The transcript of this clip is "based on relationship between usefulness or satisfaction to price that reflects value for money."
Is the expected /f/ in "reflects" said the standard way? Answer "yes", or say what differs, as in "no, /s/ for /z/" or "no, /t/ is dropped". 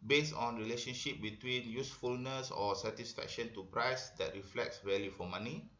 yes